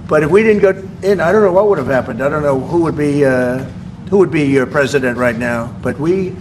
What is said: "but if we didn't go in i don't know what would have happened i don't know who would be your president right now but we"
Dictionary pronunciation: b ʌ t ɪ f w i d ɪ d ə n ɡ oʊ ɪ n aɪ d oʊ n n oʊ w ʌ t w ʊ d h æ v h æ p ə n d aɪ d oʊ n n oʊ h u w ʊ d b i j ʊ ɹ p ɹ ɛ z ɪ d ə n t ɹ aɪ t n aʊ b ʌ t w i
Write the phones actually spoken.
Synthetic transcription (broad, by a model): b ʌ t ɪ f w i d ɪ d n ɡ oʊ ɪ n aɪ d oʊ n n oʊ w ʌ t w ʊ d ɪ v h æ p ə n d aɪ d oʊ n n oʊ h u w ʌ d b i j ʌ ɹ p ɹ ɛ z ɪ d ə n t ɹ aɪ t n aʊ b ʌ t w i